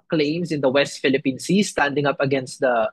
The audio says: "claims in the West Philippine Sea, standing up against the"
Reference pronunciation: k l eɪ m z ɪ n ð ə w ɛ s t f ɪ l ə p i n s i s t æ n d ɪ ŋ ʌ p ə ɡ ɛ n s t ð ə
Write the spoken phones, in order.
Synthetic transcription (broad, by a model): k l eɪ m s ɪ n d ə w ɛ s t f ɪ l ə p i n s i s t æ n d ɪ ŋ ʌ p ə ɡ ɛ n s t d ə